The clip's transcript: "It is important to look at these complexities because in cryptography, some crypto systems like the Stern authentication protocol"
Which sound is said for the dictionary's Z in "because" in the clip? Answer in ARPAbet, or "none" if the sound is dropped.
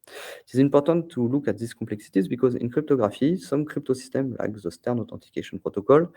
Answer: Z